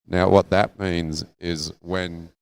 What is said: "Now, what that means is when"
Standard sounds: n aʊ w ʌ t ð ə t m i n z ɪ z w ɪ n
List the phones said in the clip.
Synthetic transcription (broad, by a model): n aʊ w ʌ t ð ə t m i n z ɪ z w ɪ n